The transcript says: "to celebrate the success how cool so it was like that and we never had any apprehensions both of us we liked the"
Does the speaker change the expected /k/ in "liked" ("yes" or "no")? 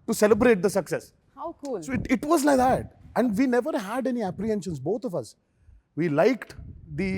no